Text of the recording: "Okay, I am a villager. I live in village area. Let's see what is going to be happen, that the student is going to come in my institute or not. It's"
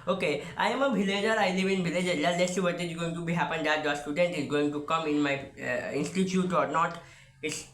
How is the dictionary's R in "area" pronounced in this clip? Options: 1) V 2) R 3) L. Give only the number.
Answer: 3